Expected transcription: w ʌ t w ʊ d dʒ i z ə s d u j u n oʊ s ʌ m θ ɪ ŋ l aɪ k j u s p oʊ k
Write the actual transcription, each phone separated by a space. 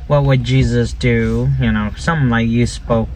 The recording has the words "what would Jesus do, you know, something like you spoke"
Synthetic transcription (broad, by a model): w ʌ t w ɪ d dʒ i z ə s d u j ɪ n oʊ s ʌ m l aɪ k j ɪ s p oʊ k